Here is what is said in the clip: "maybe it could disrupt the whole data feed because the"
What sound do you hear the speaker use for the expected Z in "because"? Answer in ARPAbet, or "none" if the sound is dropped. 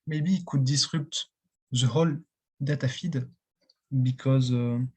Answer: Z